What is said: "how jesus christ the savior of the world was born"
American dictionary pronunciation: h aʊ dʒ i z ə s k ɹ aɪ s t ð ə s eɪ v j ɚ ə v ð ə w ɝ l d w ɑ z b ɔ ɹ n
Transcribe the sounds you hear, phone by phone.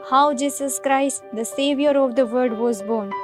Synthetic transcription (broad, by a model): h aʊ dʒ i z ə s k ɹ aɪ s t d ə s eɪ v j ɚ ə v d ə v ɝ d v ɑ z b ɔ ɹ n